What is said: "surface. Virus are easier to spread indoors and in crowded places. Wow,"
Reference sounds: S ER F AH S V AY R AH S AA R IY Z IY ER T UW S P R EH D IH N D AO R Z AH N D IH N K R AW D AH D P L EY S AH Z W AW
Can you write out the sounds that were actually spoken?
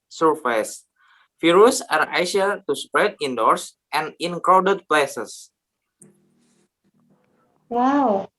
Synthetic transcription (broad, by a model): S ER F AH S F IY R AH S AA R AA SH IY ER T UW S P R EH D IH N D AO R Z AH N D IH N K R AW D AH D P L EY S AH S W AW